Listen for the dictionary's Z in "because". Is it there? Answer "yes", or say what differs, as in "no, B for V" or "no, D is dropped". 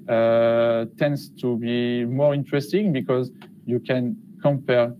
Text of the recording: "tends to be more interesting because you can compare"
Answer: yes